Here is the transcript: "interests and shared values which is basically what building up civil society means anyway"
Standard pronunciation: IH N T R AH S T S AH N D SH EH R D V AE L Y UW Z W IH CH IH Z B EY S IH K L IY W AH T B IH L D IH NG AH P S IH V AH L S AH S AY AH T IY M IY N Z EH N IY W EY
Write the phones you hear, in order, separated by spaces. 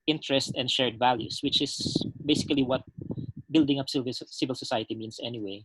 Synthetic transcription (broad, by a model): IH N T R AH S T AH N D SH EH R D V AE L Y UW S W IH CH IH S B EY S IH K L IY W AH T B IH L D IH NG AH P S IH V AH L S AH S AY AH T IY M IY N S EH N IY W EY